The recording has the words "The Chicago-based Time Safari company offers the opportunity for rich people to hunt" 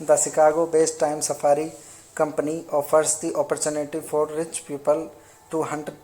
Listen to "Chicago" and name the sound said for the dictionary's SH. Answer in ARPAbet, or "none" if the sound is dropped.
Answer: S